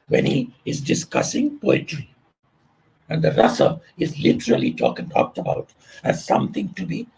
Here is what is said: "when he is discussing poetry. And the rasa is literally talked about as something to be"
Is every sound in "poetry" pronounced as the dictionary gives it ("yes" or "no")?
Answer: yes